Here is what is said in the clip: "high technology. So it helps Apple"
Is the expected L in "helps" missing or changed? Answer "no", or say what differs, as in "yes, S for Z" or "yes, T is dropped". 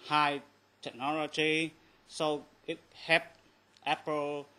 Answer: yes, L is dropped